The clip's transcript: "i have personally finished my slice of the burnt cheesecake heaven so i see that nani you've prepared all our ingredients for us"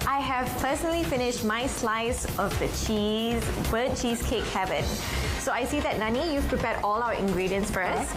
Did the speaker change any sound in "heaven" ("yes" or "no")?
no